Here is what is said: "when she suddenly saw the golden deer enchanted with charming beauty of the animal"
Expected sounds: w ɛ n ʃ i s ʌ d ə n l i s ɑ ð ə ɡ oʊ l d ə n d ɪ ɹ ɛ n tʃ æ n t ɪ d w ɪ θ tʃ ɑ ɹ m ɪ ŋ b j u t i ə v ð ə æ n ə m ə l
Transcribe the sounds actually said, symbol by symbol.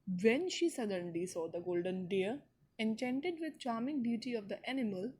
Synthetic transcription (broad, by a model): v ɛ n ʃ i s ʌ d ə n l i s ɑ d ə ɡ oʊ l d ə n d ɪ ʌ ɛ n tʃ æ n t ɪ d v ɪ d tʃ ɑ ɹ m ɪ ŋ b j u t i ə v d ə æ n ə m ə l